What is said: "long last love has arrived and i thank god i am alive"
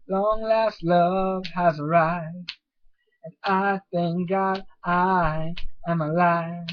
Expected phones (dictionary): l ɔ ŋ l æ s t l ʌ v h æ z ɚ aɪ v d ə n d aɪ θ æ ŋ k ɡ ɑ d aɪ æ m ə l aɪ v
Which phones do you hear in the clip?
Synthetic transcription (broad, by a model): l ɔ ŋ l æ s t l ʌ v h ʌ z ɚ aɪ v ə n aɪ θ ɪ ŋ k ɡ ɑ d aɪ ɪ m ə l aɪ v